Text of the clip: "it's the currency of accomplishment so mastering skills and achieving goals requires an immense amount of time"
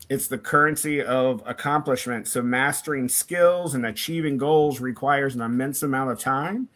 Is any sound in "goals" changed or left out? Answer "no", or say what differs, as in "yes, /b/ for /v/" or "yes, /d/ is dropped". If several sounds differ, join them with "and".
no